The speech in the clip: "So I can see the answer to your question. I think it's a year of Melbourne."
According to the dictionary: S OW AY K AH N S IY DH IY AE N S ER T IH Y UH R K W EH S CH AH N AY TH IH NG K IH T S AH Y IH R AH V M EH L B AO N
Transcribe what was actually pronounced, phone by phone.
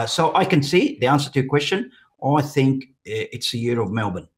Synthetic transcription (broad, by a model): S OW AY K AH N S IY DH IY AE N S ER T IH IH K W EH S CH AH N AY TH IH NG K IH T S AH Y IH R AH V M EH L B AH N